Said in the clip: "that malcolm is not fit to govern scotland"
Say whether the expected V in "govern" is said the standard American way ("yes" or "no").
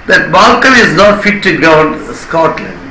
no